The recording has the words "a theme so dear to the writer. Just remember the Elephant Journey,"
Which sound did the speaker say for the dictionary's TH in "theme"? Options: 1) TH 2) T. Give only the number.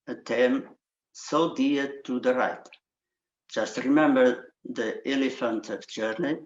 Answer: 2